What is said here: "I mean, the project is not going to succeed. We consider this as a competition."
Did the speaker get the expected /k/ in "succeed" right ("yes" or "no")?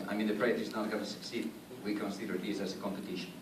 yes